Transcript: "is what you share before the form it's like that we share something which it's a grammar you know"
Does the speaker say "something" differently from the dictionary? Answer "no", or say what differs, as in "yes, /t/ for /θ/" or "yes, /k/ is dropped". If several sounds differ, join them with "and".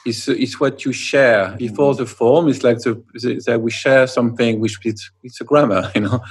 no